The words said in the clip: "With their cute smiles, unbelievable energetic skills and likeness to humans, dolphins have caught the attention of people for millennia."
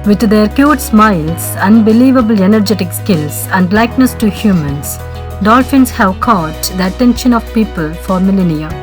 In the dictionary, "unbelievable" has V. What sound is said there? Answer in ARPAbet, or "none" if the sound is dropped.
V